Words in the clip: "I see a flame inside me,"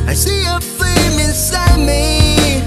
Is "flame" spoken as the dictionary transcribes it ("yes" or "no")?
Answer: no